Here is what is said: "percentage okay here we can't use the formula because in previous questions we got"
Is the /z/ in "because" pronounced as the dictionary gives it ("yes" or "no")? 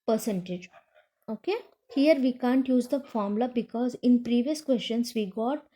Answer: yes